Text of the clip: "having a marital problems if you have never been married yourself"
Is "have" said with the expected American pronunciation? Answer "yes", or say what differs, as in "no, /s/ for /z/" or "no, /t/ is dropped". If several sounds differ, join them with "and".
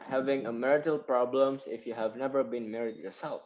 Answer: yes